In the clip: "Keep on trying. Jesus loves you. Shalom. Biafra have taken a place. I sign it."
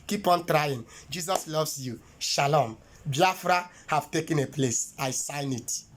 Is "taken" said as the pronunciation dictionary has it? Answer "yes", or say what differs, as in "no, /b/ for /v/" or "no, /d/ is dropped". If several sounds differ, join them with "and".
yes